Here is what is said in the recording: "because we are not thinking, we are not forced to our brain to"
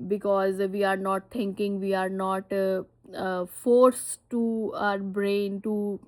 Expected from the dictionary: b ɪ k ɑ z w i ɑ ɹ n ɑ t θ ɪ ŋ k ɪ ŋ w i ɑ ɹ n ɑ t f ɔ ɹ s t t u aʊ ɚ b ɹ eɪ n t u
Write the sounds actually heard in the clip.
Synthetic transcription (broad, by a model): b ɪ k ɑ z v i ɑ ɹ n ɑ t t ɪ ŋ k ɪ ŋ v i ɑ ɹ n ɑ t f ɔ ɹ s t t u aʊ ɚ b ɹ eɪ n t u